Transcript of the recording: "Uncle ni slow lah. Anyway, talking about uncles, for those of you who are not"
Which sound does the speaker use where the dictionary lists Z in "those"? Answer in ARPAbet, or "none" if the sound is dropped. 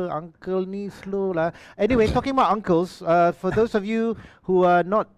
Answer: S